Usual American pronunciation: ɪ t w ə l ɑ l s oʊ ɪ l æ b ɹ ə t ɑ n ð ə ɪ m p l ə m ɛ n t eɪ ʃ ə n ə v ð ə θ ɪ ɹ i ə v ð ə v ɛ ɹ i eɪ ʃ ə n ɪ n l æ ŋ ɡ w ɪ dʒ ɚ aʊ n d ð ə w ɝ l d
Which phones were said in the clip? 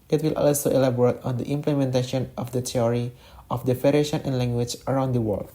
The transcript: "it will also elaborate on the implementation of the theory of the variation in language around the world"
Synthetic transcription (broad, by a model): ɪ t w ə l ɑ l s oʊ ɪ l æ b ɹ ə t ɑ n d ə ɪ m p l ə m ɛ n t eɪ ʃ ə n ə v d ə t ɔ ɹ i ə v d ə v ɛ ɹ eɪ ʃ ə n ɪ n l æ ŋ ɡ w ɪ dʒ ɚ aʊ n d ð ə w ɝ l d